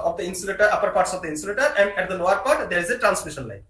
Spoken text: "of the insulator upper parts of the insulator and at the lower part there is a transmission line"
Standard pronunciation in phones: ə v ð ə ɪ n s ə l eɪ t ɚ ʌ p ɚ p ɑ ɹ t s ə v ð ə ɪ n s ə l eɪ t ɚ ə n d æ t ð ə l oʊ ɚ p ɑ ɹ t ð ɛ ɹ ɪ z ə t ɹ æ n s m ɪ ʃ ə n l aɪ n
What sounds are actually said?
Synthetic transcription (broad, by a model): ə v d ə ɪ n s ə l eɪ t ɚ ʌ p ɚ p ɑ ɹ t s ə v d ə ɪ n s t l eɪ t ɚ ə n d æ t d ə n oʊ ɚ p ɑ ɹ t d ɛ ɹ ɪ z ə t ɹ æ n s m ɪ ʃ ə n l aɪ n